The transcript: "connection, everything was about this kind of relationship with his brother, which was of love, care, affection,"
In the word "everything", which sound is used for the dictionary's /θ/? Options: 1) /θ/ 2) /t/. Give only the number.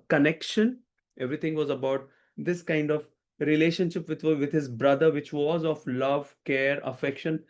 2